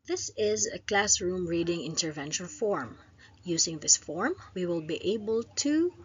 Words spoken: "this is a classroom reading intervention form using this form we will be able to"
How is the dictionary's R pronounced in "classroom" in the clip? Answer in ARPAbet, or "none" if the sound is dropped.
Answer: R